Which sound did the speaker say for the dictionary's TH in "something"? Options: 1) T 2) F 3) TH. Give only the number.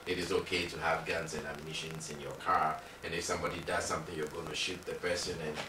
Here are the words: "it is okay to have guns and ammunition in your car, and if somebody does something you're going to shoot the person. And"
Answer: 3